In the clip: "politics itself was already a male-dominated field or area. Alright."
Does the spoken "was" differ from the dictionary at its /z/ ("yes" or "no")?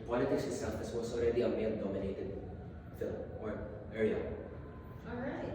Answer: yes